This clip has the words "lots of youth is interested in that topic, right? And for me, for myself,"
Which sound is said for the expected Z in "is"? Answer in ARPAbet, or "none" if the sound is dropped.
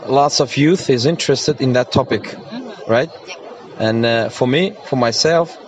Z